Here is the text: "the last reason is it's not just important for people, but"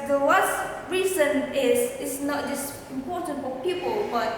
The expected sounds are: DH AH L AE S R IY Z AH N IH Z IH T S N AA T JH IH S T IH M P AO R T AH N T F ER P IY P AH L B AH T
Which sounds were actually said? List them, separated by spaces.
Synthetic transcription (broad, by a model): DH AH W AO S R IY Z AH N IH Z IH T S N AA T JH IH S T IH M P AO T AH N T F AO P IY P AH L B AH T